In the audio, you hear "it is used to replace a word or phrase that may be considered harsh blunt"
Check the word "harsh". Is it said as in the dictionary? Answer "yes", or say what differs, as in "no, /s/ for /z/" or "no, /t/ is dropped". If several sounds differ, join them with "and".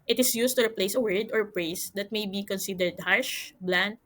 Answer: yes